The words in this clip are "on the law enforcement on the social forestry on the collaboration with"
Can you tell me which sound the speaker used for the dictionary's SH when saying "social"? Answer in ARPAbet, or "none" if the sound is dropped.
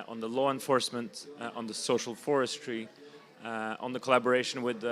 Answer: SH